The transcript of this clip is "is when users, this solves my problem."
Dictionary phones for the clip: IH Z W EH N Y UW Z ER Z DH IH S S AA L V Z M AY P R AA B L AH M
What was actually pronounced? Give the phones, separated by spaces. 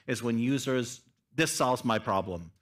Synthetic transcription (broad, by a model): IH Z W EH N Y UW Z ER Z DH IH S S AA L V Z M AY P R AA B L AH M